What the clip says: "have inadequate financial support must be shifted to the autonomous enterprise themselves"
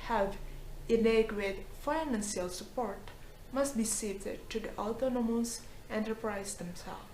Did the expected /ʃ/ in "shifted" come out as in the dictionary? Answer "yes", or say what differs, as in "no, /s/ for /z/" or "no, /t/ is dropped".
no, /s/ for /ʃ/